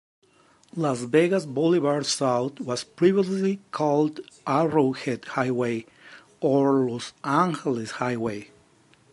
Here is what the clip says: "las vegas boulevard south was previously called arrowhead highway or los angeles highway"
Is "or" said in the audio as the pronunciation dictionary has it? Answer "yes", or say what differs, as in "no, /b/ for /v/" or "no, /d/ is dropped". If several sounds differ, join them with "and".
yes